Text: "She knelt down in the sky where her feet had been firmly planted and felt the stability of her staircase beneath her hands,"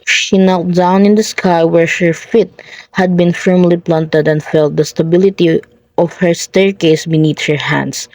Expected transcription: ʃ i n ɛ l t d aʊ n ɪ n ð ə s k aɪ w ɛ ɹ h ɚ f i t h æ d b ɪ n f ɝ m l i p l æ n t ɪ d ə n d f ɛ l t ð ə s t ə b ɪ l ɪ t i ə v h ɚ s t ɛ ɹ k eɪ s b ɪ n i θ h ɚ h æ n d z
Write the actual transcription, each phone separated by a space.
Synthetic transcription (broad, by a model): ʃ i n ɛ l t d aʊ n ɪ n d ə s k aɪ w ɛ ɹ h ɚ f i t h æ d b ɪ n f ɝ m l i p l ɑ n t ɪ d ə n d f ɛ l t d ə s t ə b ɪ l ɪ t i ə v h ɚ s t ɛ ɹ k eɪ s b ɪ n i t h ɚ h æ n d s